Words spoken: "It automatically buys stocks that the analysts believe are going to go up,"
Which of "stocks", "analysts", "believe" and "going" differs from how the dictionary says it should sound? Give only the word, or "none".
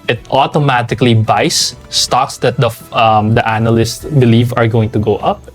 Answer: none